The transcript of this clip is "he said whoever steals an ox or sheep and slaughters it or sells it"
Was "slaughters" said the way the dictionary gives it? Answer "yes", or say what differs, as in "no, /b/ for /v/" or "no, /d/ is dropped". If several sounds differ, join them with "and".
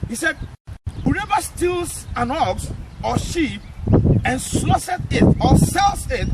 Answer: no, /s/ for /t/